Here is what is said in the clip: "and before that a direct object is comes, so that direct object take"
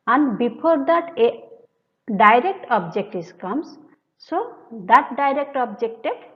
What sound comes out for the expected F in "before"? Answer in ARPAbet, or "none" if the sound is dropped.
P